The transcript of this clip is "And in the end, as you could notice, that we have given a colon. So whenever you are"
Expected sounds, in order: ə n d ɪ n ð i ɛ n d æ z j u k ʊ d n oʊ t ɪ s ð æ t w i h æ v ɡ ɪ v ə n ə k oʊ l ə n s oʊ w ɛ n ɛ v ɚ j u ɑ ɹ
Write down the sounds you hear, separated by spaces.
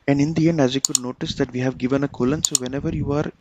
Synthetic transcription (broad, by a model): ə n d ɪ n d i ɛ n d æ z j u k ʊ d n oʊ t ɪ s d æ t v i h æ v ɡ ɪ v ə n ə k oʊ l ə n s oʊ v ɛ n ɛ v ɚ j u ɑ ɹ